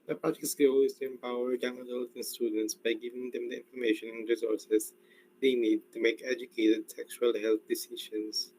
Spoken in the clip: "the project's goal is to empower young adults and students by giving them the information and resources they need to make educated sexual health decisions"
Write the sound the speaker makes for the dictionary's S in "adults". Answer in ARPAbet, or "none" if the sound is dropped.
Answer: none